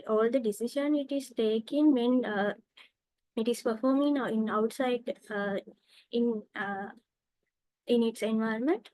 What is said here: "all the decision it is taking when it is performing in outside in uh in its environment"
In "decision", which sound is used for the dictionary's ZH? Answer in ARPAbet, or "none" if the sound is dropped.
SH